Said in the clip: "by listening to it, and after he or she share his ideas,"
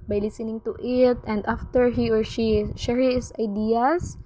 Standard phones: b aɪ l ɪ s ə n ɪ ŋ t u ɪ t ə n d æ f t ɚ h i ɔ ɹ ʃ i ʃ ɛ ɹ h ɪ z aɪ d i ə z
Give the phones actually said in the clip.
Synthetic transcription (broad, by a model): b aɪ l ɪ s ə n ɪ ŋ t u ɪ t ə n d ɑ f t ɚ h i ɔ ɹ ʃ i ʃ ɛ ɹ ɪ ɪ s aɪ d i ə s